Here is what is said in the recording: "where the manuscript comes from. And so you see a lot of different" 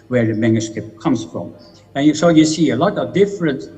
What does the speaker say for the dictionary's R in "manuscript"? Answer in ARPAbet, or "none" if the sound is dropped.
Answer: none